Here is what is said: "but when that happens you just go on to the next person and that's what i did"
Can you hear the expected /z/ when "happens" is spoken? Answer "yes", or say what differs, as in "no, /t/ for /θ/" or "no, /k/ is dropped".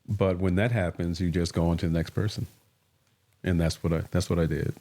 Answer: yes